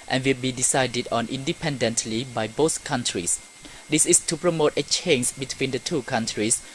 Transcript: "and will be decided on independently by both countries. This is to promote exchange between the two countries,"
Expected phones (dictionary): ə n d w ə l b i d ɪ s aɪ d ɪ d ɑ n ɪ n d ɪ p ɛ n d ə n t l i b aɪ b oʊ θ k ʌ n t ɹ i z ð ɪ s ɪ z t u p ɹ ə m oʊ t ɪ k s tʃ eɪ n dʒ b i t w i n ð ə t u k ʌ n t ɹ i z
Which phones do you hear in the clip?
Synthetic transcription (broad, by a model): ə n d w ə l b i d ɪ s aɪ d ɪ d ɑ n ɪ n d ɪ p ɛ n d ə n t l i b aɪ b oʊ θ k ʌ n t ɹ i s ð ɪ s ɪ s t u p ɹ ə m oʊ t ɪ tʃ eɪ n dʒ b i t w i n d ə t u k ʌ n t ɹ i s